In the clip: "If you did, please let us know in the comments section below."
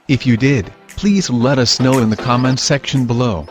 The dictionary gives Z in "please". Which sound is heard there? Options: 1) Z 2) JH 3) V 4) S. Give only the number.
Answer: 1